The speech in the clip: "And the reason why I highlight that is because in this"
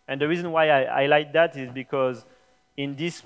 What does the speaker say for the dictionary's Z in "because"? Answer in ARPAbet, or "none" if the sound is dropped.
Z